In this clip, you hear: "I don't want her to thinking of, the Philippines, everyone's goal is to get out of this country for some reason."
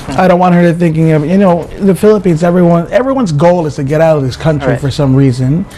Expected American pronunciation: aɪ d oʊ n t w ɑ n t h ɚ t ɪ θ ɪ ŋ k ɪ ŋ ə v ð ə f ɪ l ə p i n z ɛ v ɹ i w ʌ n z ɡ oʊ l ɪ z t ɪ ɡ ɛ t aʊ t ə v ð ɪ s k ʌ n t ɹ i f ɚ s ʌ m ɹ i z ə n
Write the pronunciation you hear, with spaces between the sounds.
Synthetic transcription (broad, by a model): aɪ d oʊ n t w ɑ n h ɚ t ɪ θ ɪ ŋ k ɪ ŋ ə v ð ə f ɪ l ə p i n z ɛ v ɹ i w ʌ n z ɡ oʊ l ɪ z t ɪ ɡ ɛ t aʊ t ə v ð ɪ s k ʌ n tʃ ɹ i f ɚ s ʌ m ɹ i z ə n